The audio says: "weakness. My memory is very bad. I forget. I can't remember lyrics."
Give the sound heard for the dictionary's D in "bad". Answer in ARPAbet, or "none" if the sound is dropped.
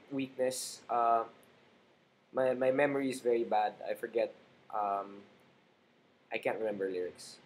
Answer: D